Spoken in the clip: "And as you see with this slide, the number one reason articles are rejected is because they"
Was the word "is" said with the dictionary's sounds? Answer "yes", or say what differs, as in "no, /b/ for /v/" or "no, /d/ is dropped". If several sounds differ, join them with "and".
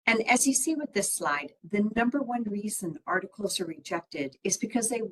yes